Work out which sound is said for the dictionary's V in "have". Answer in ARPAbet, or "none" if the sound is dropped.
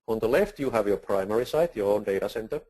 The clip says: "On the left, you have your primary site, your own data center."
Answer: V